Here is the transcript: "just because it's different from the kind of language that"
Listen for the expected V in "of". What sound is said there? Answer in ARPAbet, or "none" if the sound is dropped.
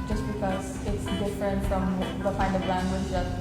B